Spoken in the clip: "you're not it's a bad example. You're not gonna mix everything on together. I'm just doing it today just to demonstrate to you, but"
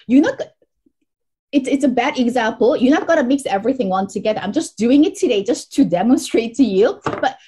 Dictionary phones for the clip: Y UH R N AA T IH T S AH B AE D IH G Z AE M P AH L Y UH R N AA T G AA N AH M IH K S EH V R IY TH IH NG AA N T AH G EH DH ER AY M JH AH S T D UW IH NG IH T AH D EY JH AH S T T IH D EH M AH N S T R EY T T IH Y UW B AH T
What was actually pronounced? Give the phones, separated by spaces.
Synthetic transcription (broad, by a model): Y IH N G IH T IH T S AH B AE D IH G Z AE M P L Y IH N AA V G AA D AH M IH K S EH V R IY TH IH NG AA N T AH G EH DH ER AY M JH AH S D UW IH NG IH T AH D EY JH AH S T T IH D EH M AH N S T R EY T T IH Y UW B AH T